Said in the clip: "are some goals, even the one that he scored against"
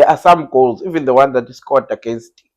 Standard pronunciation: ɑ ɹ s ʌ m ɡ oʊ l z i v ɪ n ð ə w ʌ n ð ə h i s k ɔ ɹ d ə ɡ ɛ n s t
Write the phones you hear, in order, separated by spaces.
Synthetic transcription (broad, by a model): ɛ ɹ s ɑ m ɡ oʊ l z i v ɪ n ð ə w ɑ n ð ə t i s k ɔ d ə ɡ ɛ n s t